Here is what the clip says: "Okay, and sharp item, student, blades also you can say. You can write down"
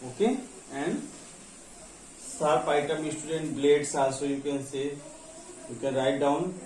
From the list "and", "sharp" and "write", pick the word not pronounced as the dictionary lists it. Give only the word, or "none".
sharp